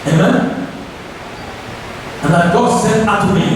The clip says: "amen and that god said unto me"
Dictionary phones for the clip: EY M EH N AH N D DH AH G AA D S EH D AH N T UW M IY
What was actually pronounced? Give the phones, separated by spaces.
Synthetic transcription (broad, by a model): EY M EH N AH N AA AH G AA D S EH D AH T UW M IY